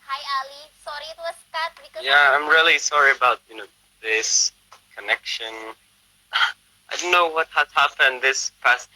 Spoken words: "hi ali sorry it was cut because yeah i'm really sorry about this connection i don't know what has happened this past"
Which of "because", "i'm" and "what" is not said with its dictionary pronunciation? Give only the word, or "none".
because